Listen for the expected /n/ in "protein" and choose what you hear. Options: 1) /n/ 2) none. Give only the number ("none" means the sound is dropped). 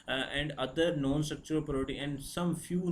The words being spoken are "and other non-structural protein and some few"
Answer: 2